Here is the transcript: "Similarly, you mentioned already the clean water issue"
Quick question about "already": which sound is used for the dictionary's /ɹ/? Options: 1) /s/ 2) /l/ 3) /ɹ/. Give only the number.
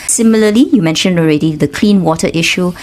3